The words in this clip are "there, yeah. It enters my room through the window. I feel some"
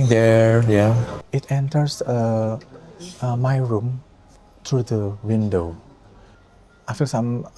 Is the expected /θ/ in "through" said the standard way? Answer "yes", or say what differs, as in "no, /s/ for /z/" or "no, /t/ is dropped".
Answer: no, /t/ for /θ/